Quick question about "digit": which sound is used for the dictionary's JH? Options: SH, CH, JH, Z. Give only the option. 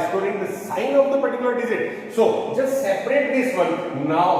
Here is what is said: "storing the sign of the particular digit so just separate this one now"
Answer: Z